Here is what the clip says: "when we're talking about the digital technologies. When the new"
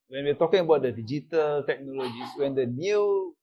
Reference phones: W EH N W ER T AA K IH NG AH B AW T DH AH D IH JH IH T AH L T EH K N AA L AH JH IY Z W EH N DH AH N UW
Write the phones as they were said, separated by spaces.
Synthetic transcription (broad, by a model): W EH N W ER T AA K IH NG AH B AW T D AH D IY JH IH T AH L T EH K N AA L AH JH IY S W EH N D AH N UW